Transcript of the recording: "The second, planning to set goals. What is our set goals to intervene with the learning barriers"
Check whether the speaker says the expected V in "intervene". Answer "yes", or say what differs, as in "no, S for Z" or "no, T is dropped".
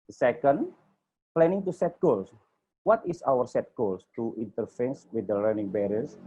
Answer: no, F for V